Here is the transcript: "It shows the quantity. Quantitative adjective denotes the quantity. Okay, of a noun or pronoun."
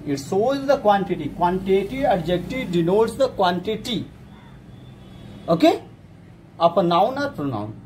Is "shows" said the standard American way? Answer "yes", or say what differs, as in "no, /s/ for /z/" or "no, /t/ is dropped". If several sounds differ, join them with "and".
no, /s/ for /ʃ/